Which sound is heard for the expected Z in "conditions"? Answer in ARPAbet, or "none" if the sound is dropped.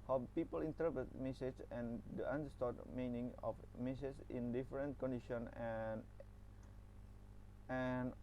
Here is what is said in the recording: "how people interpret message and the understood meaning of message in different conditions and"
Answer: none